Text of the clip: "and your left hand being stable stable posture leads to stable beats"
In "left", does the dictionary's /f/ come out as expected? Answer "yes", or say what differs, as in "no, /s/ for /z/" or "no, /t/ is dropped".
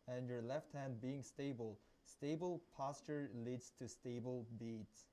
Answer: yes